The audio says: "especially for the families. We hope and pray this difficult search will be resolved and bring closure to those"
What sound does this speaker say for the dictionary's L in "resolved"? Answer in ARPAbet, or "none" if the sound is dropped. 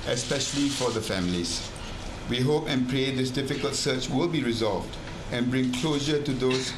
L